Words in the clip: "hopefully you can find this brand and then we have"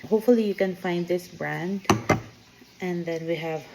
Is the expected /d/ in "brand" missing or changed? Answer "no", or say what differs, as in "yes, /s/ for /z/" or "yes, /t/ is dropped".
no